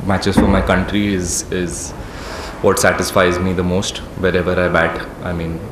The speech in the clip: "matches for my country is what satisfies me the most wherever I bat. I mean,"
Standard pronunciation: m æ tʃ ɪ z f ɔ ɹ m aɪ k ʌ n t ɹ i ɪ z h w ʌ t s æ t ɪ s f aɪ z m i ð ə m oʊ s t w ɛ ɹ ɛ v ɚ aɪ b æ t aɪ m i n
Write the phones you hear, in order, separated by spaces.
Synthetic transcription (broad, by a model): m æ tʃ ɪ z f ɔ ɹ m aɪ k ʌ n t ɹ i ɪ z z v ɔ t s æ t ɪ s f aɪ z m i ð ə m oʊ s t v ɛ ɹ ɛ v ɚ aɪ b æ t aɪ m i n